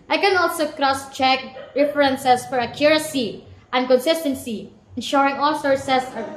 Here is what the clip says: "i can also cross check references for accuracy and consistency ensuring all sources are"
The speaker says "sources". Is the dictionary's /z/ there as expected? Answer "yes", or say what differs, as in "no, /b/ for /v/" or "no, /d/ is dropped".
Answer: no, /s/ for /z/